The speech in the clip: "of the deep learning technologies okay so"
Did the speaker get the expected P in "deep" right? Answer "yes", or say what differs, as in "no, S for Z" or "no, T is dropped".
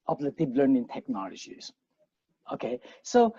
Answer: no, B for P